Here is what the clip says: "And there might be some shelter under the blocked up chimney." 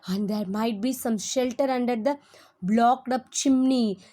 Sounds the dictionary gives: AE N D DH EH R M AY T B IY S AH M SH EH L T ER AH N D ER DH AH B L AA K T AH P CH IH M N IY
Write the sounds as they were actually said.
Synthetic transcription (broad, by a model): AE N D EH R M AY T B IY S AH M SH EH L T ER AH N D ER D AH B L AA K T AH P CH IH M N IY